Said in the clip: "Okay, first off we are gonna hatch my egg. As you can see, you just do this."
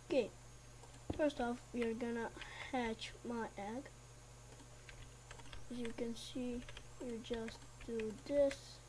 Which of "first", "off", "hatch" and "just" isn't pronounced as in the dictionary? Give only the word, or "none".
none